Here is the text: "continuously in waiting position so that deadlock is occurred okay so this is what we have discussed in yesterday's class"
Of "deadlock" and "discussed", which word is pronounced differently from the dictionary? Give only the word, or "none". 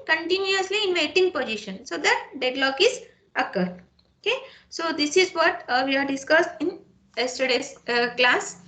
none